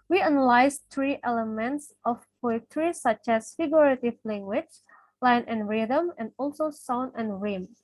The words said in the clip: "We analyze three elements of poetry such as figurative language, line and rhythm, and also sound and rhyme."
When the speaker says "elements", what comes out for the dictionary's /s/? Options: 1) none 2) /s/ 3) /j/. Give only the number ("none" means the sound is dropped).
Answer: 2